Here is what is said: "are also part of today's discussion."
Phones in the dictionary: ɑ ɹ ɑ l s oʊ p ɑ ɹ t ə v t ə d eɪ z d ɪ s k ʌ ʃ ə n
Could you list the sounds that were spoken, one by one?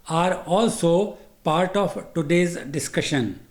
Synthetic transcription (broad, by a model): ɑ ɹ ɑ l s oʊ p ɑ ɹ t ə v t ə d eɪ z d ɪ s k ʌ ʃ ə n